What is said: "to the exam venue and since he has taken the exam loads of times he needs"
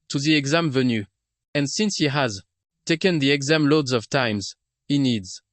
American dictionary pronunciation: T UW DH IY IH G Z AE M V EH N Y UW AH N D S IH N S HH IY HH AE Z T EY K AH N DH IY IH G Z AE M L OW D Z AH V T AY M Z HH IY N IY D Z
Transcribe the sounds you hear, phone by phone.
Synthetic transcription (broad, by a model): T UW DH IY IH G Z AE M V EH N Y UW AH N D S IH N S HH IY HH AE Z T EY K AH N DH IY IH G Z AE M L OW D Z AH V T AY M Z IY N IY D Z